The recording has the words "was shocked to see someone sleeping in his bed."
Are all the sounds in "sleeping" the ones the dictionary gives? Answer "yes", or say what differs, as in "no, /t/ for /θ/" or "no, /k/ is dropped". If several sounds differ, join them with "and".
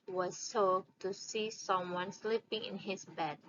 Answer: yes